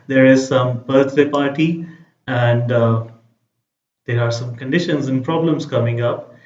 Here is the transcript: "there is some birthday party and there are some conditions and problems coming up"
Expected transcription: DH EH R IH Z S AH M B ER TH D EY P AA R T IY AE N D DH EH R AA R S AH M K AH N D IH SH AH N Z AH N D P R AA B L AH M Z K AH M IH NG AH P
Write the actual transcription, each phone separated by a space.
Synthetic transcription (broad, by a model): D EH R IH Z S AH M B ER T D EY P AA R T IY AE N D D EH R AA R S AH M K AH N D IH SH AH N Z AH N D P R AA B L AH M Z K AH M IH NG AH P